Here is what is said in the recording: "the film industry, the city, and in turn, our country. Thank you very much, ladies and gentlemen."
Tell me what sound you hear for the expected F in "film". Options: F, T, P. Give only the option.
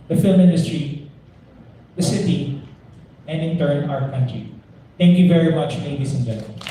F